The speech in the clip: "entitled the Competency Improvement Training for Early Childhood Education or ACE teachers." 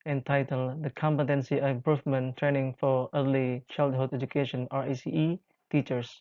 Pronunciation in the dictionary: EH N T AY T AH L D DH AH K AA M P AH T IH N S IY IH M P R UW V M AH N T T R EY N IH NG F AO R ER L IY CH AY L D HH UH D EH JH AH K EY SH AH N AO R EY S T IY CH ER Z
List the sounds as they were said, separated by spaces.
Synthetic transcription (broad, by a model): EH N T AY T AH L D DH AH K AA M P AH T IH N S IY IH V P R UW F M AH N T T R EY N IH NG F AO R ER L IY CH AY L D HH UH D EH JH AH K EY SH AH N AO R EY S T IY CH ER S